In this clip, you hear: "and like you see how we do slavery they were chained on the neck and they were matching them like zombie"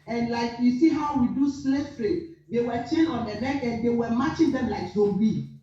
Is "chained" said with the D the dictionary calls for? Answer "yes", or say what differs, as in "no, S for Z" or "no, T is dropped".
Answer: no, D is dropped